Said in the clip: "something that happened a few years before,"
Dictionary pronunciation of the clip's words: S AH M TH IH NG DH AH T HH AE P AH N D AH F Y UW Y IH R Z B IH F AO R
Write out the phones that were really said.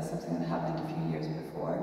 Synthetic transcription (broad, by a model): S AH M TH IH NG DH AH T HH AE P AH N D AH F Y UW Y IH R Z B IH F AO R